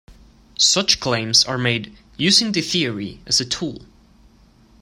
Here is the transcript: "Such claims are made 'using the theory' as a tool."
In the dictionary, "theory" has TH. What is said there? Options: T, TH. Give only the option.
TH